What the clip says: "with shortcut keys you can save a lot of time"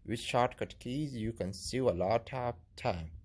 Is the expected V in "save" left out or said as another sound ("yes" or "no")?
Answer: yes